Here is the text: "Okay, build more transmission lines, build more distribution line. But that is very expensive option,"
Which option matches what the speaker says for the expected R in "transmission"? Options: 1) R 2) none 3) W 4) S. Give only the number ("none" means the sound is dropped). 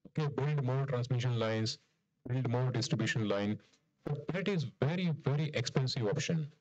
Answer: 1